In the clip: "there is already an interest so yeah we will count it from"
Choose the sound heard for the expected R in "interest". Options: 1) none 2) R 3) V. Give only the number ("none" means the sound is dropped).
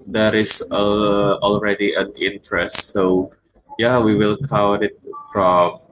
2